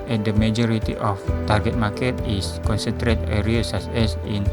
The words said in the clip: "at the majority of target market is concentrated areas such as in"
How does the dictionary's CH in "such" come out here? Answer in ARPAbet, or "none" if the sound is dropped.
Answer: S